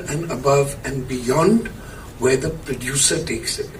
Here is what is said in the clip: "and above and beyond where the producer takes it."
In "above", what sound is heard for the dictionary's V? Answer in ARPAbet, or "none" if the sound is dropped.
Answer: V